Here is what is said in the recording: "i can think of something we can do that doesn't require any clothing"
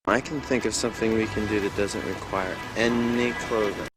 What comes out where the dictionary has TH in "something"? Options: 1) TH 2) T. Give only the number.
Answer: 1